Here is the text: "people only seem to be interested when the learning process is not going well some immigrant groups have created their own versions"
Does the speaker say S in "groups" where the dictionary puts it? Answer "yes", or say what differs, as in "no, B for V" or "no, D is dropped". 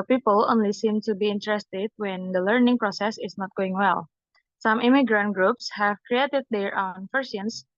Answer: yes